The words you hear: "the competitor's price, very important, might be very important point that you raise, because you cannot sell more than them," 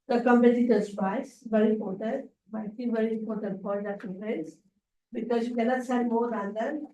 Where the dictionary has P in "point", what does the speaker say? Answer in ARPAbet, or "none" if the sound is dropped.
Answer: F